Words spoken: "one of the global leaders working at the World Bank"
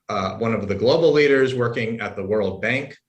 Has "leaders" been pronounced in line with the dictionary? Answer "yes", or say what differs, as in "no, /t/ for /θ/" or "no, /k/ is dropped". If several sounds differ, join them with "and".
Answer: yes